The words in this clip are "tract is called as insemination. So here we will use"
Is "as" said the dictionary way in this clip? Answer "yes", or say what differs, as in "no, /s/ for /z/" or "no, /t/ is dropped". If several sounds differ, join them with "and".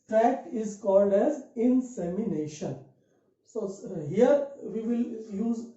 yes